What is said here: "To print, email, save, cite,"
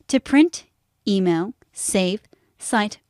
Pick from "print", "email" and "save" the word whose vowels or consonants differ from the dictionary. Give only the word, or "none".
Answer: none